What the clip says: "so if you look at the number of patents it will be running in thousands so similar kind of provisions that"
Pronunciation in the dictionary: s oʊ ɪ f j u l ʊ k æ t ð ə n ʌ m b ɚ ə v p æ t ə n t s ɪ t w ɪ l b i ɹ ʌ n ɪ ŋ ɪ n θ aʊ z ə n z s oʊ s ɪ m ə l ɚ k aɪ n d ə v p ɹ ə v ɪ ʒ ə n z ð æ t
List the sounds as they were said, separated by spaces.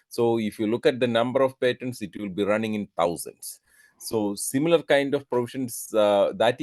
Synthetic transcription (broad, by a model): s oʊ ɪ f j u l ʊ k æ t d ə n ʌ m b ɚ ə v p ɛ t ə n t s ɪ t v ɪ l b i ɹ ʌ n ɪ ŋ ɪ n t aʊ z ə n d s oʊ s ɪ m ə l ɚ k aɪ n d ə v p ɹ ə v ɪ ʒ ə n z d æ t